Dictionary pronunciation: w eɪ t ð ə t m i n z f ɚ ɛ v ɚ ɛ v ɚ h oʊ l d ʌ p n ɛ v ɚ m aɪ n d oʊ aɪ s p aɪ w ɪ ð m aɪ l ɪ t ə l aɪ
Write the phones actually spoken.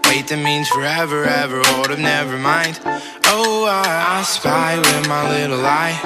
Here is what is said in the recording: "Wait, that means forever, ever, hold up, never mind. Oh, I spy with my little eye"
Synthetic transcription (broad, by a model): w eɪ t ð ə t m i n z f ɚ ɛ v ɚ ɛ v ɚ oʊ d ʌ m n ɛ v ɚ m aɪ n d oʊ aɪ s p aɪ w ɪ ð m aɪ l ɪ t l aɪ